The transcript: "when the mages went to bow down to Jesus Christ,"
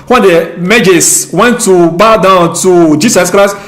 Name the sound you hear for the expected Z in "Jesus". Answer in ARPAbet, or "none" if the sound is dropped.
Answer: S